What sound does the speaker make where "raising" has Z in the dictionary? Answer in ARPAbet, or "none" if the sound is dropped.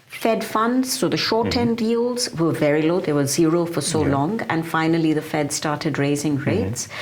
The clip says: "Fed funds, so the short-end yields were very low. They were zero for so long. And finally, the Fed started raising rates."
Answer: Z